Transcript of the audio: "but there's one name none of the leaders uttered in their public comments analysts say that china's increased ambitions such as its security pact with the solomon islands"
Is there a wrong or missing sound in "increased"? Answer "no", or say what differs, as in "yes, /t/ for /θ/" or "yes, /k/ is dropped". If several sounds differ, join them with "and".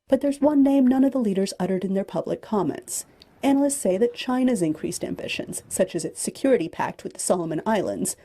no